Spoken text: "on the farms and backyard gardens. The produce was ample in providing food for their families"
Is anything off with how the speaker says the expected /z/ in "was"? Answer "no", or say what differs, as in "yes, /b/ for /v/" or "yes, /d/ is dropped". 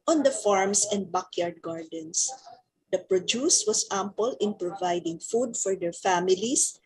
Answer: yes, /s/ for /z/